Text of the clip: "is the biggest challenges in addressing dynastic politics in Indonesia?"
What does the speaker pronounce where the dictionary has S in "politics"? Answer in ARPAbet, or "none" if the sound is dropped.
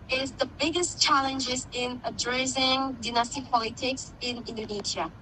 S